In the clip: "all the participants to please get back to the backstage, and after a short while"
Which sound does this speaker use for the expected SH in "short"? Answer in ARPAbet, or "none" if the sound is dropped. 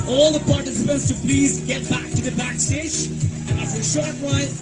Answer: SH